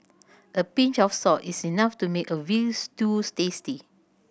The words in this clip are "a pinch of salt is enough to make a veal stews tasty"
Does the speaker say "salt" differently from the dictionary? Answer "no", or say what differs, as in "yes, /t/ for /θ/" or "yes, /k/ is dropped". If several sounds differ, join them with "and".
yes, /l/ is dropped